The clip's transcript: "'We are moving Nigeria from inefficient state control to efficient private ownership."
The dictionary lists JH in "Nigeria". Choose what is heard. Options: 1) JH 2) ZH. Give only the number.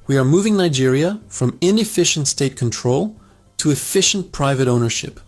1